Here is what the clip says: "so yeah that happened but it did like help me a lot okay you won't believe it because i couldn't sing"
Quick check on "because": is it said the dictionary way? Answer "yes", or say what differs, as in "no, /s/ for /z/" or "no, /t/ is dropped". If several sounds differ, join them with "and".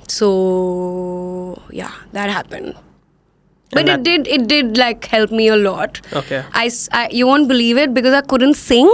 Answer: yes